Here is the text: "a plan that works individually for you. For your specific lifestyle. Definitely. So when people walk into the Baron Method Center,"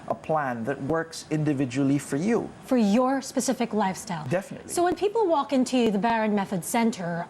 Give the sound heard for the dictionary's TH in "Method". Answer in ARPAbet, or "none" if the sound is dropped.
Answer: TH